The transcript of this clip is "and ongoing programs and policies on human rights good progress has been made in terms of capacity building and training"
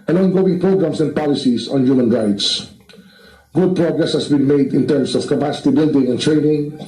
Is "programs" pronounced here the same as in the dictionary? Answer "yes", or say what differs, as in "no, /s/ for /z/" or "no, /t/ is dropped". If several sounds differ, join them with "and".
no, /s/ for /z/